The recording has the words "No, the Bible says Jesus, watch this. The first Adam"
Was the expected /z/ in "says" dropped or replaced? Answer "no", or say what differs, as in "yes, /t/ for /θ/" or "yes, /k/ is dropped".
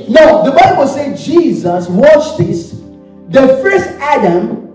yes, /z/ is dropped